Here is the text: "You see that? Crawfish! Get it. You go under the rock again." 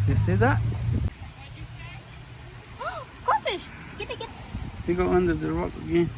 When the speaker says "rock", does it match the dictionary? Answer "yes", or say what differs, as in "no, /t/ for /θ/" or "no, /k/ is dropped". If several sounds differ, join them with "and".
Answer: yes